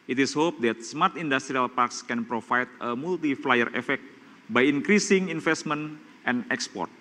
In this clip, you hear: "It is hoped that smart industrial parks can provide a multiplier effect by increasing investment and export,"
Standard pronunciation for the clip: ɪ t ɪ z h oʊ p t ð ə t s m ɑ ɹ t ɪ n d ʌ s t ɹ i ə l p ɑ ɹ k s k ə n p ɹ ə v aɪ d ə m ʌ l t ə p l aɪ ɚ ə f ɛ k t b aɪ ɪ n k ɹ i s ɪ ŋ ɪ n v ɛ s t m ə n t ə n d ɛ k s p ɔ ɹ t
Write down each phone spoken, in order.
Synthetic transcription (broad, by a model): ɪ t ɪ s h oʊ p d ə t s m ɑ ɹ t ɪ n d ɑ s t ɹ i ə l p ɑ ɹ k s k ə n p ɹ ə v aɪ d ə m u l t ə f l aɪ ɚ ə f ɛ k t b aɪ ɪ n k ɹ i s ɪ ŋ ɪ n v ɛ s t m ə n t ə n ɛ k s p ɔ ɹ t